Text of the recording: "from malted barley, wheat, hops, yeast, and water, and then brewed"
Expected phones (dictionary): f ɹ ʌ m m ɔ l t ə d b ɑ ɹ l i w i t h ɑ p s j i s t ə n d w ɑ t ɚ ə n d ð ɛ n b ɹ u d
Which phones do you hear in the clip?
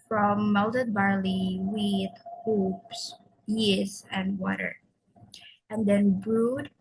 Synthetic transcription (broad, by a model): f ɹ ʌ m m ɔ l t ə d b ɑ ɹ l i w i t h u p s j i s ə n d w ɑ t ɚ ə n d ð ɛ n b ɹ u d